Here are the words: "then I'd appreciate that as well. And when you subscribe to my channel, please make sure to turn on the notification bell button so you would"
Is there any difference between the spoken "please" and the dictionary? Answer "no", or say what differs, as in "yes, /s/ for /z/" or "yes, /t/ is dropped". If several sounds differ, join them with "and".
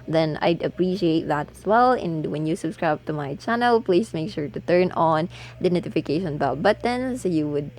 yes, /s/ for /z/